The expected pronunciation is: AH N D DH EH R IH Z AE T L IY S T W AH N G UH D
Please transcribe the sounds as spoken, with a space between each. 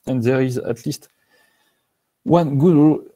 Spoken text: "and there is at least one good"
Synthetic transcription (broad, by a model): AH N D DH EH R IH Z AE T L IY S T W AH N G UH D